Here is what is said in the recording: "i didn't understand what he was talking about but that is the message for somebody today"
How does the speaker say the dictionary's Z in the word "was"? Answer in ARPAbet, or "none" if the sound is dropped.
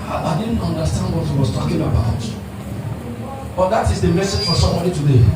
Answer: S